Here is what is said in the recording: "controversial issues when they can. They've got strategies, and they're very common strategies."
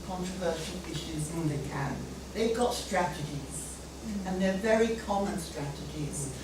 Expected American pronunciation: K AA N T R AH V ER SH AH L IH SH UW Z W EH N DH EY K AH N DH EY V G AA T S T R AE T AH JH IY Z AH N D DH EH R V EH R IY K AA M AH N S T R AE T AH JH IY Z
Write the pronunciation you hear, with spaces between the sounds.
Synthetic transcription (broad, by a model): K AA N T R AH V ER SH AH L IH SH UW Z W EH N DH EY K AH N DH EY V G AA T S T R AE T AH JH IY Z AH N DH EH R V EH R IY K AA M AH N S T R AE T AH JH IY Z